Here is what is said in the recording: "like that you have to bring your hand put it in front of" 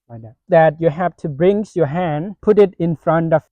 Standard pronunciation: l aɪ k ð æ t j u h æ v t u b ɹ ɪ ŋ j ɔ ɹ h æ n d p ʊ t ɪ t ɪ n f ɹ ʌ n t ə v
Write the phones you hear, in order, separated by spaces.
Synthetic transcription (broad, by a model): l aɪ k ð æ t j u h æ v t u b ɹ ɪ ŋ j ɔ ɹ h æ n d p ʊ t ɪ t ɪ n f ɹ ʌ n t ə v